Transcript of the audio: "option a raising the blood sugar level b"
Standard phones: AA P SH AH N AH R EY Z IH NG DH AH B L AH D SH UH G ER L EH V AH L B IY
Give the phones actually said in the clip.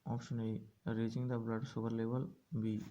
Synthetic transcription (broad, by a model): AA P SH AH N AH R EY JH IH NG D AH B L AH D S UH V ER L EH V AH L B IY